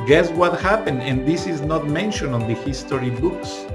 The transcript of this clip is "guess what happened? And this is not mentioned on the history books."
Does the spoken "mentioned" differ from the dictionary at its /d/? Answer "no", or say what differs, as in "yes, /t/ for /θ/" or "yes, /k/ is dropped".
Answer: yes, /d/ is dropped